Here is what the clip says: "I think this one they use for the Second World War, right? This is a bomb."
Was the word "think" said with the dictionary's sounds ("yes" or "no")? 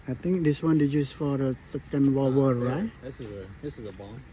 no